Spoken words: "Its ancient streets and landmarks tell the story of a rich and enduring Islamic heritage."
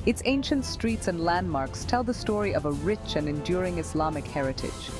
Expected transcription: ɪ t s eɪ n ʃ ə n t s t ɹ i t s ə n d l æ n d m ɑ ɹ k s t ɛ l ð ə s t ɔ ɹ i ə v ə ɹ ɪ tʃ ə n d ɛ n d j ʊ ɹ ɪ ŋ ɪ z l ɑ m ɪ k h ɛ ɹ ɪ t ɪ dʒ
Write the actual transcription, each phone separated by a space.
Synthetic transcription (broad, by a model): ɪ t s eɪ n ʃ ə n t s t ɹ i t s ə n d l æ n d m ɑ ɹ k s t ɛ l ð ə s t ɔ ɹ i ə v ə ɹ ɪ tʃ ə n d ɛ n d j ʊ ɹ ɪ ŋ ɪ s l ɑ m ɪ k h ɛ ɹ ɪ t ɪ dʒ